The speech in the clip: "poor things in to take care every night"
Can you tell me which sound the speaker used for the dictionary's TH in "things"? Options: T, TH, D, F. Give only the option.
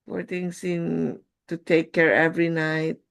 T